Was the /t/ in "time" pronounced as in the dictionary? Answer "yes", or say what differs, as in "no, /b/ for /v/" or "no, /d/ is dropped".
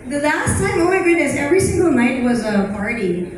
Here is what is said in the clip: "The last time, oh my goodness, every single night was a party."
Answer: no, /s/ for /t/